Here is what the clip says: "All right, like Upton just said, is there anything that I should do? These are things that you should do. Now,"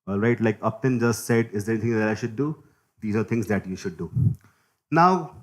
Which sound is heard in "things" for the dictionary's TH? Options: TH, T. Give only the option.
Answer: T